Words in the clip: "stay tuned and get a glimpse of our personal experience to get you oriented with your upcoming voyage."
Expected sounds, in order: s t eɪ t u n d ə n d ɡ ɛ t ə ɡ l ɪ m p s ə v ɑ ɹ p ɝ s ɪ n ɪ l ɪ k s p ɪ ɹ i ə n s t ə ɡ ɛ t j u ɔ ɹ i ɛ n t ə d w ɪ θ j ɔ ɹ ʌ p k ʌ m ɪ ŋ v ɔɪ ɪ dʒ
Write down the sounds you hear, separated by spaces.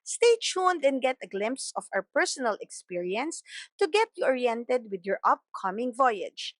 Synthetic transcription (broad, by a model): s t eɪ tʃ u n d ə n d ɡ ɛ t ə ɡ l ɪ m p s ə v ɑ w p ɝ s ɪ n ɪ l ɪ k s p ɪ ɹ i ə n s t ə ɡ ɛ t j u ɔ ɹ i ɛ n t ə d w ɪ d j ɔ ɹ ʌ p k ʌ m ɪ ŋ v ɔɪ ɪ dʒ